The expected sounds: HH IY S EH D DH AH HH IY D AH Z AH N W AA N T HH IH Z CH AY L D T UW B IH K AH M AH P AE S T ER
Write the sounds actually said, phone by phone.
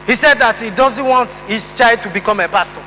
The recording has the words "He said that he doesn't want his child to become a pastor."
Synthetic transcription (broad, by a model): HH IY S EH D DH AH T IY D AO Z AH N W AA N T HH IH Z CH AY D T UW B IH K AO M AH P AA S T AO